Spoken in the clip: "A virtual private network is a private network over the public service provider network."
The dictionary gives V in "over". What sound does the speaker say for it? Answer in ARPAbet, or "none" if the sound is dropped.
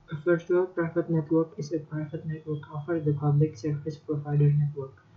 F